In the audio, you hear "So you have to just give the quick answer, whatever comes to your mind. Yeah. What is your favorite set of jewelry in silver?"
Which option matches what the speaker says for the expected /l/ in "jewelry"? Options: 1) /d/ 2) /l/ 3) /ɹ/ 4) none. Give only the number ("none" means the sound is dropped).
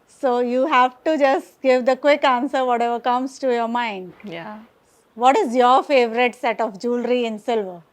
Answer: 2